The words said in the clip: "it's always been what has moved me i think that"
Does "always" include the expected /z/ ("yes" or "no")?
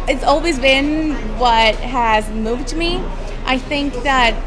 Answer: yes